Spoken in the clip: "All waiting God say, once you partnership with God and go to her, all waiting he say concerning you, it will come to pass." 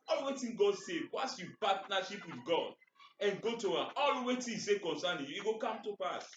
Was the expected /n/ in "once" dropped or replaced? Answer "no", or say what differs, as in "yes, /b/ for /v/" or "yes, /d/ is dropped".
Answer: yes, /n/ is dropped